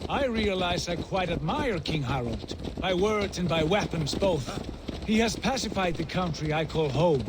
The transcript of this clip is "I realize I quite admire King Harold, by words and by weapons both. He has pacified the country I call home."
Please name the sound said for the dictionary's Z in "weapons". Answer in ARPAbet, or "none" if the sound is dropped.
Z